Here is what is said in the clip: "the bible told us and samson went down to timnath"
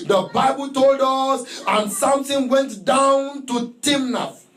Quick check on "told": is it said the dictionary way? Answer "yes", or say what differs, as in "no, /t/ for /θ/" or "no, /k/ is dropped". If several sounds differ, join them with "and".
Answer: yes